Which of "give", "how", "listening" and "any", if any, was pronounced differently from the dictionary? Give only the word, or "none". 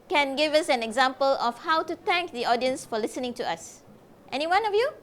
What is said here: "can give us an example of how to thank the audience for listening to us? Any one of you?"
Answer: none